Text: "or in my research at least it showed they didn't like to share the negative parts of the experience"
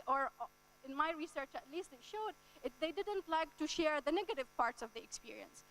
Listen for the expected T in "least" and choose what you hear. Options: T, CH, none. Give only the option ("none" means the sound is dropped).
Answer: T